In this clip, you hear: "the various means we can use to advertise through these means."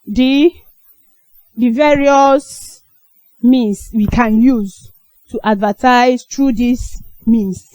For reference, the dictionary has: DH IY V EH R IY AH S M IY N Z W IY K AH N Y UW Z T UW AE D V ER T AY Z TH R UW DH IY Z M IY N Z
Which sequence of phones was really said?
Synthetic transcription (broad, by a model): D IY V EH R IY AH S M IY N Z W IY K AH N Y UW Z T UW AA D V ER T AY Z T R UW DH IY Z M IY N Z